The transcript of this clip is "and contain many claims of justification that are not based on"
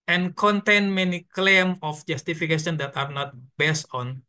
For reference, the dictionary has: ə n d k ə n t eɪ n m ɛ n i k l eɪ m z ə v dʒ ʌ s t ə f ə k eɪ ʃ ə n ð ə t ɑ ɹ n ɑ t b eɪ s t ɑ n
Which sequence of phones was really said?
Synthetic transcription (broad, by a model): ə n k ə n t eɪ n m ɛ n i k l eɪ m ə f dʒ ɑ s t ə f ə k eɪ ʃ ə n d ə t ɑ ɹ n ɑ t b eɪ s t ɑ n